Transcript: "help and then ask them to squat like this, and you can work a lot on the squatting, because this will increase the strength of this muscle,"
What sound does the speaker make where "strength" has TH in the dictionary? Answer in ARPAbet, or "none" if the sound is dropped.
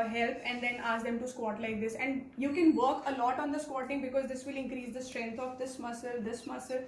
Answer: S